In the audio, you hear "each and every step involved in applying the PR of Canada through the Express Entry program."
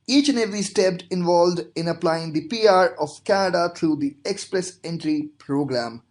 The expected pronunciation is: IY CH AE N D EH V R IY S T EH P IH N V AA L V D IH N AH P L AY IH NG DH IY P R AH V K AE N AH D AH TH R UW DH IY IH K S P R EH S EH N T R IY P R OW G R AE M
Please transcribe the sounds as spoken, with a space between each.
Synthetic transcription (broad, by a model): IY CH N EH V IY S T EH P IH N V AA L V D IH N AH P L AY IH NG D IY P R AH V K AE N AH D AH T R UW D IY IH K S P R EH S EH N T R IY P R OW G R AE M